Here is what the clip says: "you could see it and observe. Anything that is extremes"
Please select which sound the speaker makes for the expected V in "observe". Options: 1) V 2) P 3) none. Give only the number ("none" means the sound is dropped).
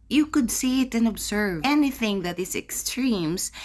1